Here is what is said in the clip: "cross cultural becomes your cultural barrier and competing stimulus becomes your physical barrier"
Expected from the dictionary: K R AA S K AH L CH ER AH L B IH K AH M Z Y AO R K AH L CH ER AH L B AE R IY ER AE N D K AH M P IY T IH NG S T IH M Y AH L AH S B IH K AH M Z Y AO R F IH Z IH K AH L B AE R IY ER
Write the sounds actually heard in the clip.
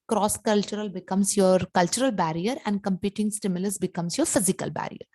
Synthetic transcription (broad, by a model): K R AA S K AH L CH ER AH L B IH K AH M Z Y AO R K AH L CH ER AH L B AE R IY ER AE N D K AH M P IY T IH NG S T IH M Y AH L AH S B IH K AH M S Y AO R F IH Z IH K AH L B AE R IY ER